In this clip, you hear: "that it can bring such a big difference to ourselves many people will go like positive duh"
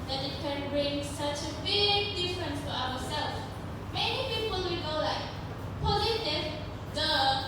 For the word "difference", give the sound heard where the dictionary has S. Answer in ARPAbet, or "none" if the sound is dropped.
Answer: S